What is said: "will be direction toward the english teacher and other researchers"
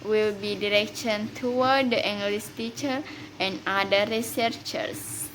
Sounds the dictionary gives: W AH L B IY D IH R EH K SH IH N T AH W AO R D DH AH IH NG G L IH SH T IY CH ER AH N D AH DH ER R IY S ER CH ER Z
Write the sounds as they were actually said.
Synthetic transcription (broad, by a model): W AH L B IY D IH R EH K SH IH N T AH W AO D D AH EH NG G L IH S T IY CH ER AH N D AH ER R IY S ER CH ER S